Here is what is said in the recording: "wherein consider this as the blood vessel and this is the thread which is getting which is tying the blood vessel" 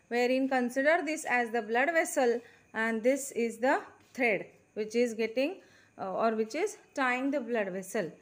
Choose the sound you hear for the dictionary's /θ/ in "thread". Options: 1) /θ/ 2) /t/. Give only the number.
2